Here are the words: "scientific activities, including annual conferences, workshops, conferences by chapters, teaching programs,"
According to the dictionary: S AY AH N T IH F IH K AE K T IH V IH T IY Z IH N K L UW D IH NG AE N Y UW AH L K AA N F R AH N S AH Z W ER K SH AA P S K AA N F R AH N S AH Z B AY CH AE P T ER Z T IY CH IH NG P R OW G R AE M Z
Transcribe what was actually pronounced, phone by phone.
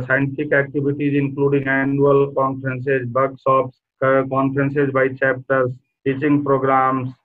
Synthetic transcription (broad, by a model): S AY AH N T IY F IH K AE K T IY B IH T IY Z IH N K L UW D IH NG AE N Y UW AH L K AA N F R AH N S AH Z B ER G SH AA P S K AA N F R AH N S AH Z B AY CH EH P T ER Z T IY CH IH NG P R OW G R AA M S